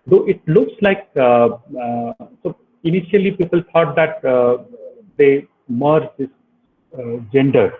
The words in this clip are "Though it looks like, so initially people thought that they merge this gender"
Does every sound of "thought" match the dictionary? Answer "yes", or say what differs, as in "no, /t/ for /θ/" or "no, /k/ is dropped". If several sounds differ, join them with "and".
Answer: no, /t/ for /θ/